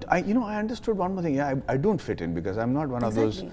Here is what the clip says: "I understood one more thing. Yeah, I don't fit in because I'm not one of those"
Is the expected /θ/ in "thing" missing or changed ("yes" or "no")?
yes